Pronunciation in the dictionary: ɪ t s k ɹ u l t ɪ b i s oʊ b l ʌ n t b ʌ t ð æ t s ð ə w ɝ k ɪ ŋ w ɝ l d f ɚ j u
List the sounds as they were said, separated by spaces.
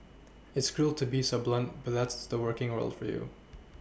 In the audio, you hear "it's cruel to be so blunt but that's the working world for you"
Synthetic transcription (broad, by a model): ɪ t s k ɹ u l t ɪ b i s oʊ b l ʌ n t b ʌ t ð æ t s ð ə w ɝ k ɪ ŋ w ɝ l d f ɚ j u